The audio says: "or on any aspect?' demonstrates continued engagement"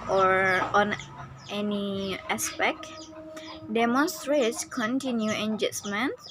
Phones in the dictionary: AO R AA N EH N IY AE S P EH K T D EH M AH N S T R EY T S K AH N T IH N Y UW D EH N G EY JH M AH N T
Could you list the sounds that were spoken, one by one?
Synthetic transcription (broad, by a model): AO R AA N EH N IY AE S P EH K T D EH M AH N S T R EY T S K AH N T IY N Y UW EH N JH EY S M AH N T